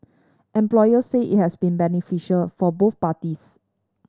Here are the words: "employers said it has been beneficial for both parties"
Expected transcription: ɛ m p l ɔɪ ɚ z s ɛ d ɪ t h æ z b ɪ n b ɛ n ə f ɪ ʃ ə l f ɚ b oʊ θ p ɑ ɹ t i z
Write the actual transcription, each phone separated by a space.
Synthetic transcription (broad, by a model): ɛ m p l ɔɪ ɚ s ɛ ɪ t h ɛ s b ɪ n b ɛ n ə f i ʃ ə l f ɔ b oʊ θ p ɑ t i s